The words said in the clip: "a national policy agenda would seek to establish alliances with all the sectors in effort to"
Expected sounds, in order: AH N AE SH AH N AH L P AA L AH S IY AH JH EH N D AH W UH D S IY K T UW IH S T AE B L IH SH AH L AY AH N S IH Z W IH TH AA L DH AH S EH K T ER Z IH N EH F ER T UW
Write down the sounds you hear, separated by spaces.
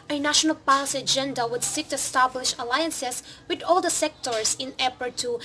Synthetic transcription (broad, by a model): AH N AE SH AH N AH L P AA L AH S IY AH JH EH N D AH W UH D S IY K T UW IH S T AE B L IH SH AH L AY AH N S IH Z W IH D AA L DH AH S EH K T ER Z IH N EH P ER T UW